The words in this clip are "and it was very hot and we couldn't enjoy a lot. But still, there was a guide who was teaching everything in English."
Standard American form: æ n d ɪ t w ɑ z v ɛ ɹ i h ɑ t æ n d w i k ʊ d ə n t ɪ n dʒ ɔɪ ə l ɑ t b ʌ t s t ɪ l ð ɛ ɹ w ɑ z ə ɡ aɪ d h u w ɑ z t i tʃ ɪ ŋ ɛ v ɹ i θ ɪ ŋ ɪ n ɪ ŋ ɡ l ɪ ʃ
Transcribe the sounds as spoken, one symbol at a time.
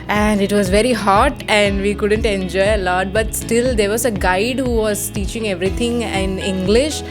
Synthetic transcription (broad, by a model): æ n d ɪ t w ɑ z v ɛ ɹ i h ɑ t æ n d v i k ʊ d ə n t ɪ n dʒ ɔɪ ə l ɑ t b ʌ t s t ɪ l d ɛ ɹ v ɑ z ə ɡ aɪ d h u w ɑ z t i tʃ ɪ ŋ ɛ v ɹ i t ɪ ŋ ɪ n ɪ ŋ ɡ l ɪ ʃ